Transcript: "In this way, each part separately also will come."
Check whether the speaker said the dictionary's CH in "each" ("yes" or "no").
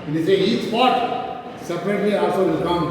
no